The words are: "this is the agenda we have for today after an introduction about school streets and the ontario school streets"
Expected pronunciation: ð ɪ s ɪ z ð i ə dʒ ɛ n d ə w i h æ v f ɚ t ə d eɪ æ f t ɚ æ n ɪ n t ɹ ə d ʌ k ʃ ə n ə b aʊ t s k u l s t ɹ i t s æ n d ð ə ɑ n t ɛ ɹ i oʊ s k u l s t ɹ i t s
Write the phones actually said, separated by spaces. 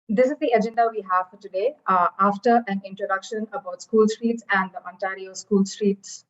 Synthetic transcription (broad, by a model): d ɪ s ɪ z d i ə dʒ ɛ n d ə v i h æ v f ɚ t ə d eɪ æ f t ɚ æ n ɪ n t ɹ ə d ʌ k ʃ ə n ə b aʊ t s k u l s t ɹ i t s æ n d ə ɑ n t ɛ ɹ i oʊ s k u l s t ɹ i t s